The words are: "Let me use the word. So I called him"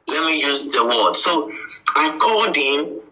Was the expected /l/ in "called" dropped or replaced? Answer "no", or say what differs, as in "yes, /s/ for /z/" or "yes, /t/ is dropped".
yes, /l/ is dropped